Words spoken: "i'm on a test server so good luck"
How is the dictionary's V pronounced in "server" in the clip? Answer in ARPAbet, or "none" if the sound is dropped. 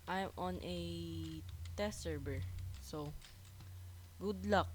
B